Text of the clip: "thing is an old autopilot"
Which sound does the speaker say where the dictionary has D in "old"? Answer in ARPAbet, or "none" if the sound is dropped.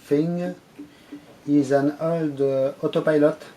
D